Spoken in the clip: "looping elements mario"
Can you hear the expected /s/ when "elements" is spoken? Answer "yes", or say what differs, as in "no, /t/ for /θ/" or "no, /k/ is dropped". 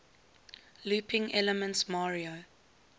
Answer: yes